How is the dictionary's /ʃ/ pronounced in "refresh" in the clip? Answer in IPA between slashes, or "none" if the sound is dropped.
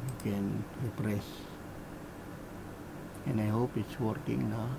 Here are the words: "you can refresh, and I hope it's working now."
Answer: /s/